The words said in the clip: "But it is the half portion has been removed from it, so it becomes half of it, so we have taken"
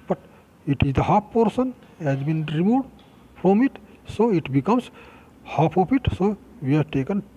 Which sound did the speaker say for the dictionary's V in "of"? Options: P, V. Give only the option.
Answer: P